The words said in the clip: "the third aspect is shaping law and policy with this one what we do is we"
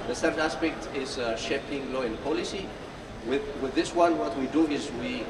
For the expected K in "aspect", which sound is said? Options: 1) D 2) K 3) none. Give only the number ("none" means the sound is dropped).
2